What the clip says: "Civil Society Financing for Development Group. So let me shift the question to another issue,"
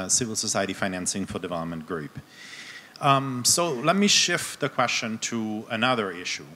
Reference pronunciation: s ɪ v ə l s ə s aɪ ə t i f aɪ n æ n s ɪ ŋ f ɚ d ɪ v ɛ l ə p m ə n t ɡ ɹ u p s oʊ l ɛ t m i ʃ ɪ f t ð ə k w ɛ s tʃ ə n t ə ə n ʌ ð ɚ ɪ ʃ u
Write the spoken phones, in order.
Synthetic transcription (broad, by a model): s ɪ v l s ə s aɪ ə t i f aɪ n æ n s ɪ ŋ f ɚ d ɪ v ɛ l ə p m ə n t ɡ ɹ u p s oʊ l ɛ t m i ʃ ɪ f t ð ə k w ɛ s tʃ ə n t ə ə n ʌ ð ɚ ɪ ʃ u